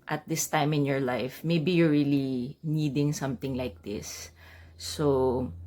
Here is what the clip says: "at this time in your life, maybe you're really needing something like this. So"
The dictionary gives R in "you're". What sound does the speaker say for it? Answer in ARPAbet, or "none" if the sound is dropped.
R